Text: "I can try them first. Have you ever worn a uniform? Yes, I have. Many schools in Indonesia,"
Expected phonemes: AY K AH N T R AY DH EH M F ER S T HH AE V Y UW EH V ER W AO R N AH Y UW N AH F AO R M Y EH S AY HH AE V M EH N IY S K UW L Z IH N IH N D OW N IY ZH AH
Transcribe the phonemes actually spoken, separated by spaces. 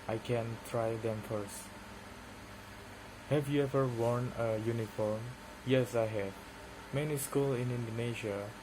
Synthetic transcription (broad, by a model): AY K AH N T R AY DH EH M F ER S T HH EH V Y UW EH V ER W AO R N AH Y UW N AH F AO R M Y EH S AY HH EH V M EH N IY S K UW L IH N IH N D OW N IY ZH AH